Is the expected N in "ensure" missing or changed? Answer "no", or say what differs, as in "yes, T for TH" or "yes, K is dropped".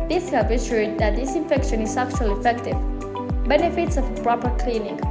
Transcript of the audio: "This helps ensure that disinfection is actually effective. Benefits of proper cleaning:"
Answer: yes, N is dropped